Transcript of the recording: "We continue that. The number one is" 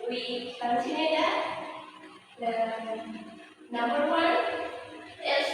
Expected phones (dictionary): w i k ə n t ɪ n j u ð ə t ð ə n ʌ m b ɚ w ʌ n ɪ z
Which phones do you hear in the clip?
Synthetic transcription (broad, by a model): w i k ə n s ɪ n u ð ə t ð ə n ʌ m b ɚ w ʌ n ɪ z